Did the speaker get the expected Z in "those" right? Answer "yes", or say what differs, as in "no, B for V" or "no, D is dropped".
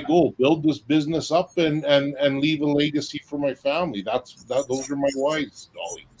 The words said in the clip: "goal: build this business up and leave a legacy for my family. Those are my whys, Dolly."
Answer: yes